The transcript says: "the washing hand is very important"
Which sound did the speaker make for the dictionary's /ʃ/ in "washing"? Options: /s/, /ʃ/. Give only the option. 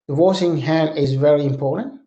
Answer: /s/